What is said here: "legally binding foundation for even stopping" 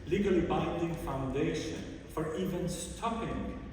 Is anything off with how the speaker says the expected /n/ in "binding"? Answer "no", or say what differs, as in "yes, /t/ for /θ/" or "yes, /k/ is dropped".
no